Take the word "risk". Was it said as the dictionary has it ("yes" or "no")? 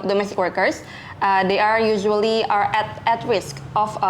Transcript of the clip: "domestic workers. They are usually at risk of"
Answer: yes